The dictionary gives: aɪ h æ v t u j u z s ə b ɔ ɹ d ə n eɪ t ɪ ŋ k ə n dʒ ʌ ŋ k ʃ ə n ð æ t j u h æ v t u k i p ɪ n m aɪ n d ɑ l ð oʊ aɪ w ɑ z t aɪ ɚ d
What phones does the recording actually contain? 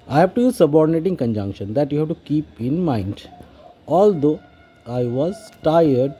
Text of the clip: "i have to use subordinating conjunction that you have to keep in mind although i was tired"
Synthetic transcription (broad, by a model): aɪ h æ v t u j u z s ə b ɔ ɹ d ə n eɪ t ɪ ŋ k ə n dʒ ʌ ŋ k ʃ ə n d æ t j u h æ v t u k i p ɪ n m aɪ n d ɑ l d oʊ aɪ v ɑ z t aɪ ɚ d